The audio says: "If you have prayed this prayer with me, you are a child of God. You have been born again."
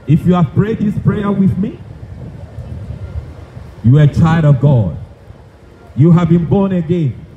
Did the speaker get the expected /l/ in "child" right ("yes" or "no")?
yes